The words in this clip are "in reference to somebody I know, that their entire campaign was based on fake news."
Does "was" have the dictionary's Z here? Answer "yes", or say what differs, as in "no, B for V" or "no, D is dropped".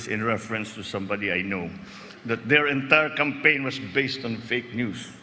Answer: no, S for Z